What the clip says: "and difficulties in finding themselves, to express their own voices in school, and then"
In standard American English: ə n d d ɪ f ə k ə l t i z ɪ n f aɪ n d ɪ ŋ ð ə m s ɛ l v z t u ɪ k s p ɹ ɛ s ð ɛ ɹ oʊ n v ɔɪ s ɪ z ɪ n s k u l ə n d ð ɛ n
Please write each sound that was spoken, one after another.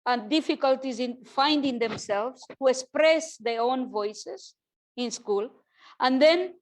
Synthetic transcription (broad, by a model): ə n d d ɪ f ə k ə l t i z ɪ n f aɪ n d ɪ ŋ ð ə m s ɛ l v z t u ɪ k s p ɹ ɛ s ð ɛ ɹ oʊ n v ɔɪ s ɪ z ɪ n s k u l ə n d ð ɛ n